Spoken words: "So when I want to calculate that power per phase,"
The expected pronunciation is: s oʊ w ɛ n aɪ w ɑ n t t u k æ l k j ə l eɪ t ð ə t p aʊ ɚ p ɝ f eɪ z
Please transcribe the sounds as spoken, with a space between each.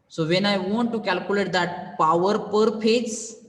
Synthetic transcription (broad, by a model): s oʊ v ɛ n aɪ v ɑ n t t u k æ l k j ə l eɪ t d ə t p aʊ ɚ p ɝ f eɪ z